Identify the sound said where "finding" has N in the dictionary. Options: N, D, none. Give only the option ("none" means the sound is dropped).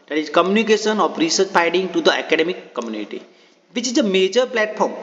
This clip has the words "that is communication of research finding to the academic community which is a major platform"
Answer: none